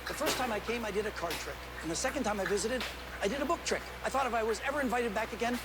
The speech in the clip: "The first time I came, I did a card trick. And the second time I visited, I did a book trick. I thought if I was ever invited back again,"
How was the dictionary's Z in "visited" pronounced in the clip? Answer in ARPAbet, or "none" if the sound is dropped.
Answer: Z